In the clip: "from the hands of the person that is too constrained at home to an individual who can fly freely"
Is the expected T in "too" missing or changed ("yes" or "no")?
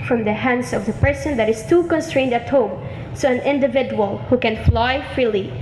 no